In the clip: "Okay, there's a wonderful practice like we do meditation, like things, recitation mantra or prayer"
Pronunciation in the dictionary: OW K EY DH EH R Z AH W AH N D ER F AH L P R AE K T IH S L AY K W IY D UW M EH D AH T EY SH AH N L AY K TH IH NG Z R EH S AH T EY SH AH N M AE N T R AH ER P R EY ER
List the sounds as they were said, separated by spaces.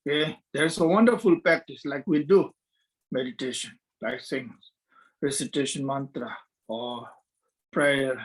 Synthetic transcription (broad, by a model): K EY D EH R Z AH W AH N D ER F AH L P R AE K T IH S L AY K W IY D UW M EH D AH T EY SH AH N L AY K S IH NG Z R EH S AH T EY SH AH N M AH N T R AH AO P R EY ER